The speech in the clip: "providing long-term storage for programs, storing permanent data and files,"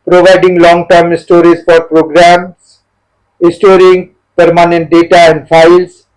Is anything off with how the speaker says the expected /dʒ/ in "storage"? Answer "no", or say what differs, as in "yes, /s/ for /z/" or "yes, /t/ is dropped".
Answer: yes, /z/ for /dʒ/